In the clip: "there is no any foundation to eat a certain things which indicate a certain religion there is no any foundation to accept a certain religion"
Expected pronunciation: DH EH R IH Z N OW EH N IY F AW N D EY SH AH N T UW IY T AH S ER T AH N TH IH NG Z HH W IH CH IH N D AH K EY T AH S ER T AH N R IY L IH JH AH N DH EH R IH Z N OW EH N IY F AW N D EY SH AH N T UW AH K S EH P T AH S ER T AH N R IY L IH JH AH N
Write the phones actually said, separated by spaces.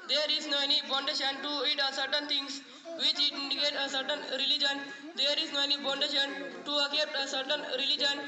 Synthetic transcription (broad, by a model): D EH R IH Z N OW EH N IY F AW N D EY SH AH N T UW IY T AH S ER T AH N T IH NG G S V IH CH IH N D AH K EY T AH S ER T AH N R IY L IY JH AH N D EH R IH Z N OW EH N IY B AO N D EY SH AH N T UW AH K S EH P T AH S ER T AH N R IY L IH JH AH N